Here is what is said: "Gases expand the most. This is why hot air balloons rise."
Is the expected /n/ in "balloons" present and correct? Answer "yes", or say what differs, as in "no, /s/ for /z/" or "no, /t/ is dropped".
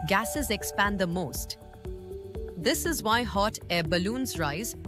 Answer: yes